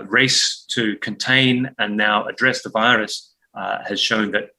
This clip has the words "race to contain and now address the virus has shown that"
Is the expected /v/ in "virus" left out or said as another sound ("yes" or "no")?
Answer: no